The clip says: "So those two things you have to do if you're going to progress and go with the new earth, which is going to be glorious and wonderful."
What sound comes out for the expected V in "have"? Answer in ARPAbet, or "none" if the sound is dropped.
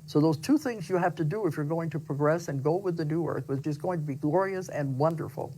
F